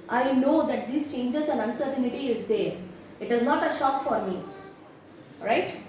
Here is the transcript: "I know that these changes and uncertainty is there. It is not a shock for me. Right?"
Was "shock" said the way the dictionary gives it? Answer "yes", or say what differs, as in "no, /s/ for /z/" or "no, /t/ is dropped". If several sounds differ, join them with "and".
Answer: yes